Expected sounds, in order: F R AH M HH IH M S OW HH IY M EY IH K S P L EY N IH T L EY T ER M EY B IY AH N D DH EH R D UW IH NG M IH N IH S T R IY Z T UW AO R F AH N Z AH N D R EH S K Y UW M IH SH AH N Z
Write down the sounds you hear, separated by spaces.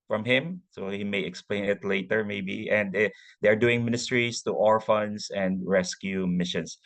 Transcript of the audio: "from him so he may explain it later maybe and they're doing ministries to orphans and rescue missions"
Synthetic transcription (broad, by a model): F R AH M HH IH M S OW HH IY M EY IH K S P L EY N IH T L EY T ER M EY B IY AH N D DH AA R D UW IH NG M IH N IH S T R IY S T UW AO R F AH N S AH N D R EH S K Y UW M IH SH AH N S